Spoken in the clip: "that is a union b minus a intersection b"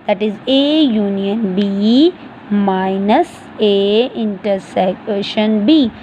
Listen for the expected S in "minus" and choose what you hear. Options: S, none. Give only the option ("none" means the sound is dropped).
S